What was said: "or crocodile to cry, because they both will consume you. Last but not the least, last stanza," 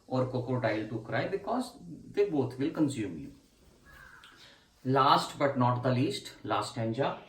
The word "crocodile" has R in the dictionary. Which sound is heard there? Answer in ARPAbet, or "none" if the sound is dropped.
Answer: none